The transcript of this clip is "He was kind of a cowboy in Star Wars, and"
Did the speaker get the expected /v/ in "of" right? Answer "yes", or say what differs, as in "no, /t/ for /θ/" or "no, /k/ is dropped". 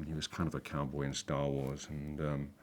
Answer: yes